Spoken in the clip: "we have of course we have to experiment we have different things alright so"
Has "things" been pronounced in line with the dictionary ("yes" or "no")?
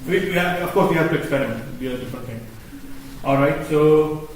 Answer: no